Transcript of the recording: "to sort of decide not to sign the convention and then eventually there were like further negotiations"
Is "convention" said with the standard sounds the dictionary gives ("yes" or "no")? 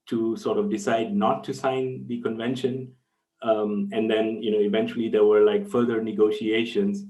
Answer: yes